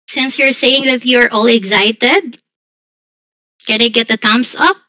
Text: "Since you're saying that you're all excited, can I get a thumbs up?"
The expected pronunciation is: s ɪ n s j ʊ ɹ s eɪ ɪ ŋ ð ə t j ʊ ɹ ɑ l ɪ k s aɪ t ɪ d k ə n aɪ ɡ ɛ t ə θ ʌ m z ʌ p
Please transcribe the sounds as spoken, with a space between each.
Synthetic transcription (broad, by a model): s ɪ n s j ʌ ɹ s eɪ ɪ ŋ ð ə t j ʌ ɹ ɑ l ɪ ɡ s aɪ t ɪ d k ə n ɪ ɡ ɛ t ə t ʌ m s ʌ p